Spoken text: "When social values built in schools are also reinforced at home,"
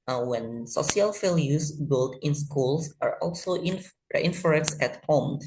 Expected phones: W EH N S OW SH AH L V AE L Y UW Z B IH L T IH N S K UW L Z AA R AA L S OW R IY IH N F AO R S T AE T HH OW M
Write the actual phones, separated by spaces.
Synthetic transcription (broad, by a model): W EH N S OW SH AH L F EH L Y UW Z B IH L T IH N S K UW L S AA R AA L S OW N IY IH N F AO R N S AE T HH OW M